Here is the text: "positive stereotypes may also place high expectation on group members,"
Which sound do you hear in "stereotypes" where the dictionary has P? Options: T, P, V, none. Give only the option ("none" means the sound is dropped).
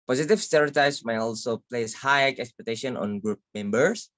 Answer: none